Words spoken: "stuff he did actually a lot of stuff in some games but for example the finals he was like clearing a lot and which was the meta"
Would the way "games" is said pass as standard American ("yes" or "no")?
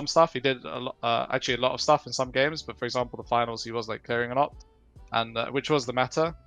yes